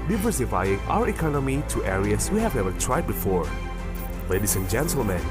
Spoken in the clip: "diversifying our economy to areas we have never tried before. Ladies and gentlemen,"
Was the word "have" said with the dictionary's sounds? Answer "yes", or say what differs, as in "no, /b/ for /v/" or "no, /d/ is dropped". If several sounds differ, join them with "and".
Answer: yes